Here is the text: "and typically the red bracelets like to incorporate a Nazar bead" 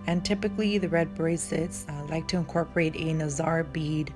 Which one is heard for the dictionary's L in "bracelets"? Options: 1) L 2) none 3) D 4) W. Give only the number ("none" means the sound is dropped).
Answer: 2